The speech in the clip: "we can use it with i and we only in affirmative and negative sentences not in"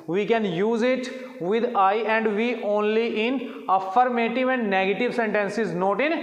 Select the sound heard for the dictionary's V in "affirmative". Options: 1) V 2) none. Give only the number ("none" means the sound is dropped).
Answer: 1